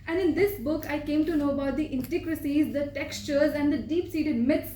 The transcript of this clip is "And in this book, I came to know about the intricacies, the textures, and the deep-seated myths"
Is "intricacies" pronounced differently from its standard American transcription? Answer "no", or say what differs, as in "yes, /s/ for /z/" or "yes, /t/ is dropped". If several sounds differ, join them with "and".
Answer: yes, /ɹ/ is dropped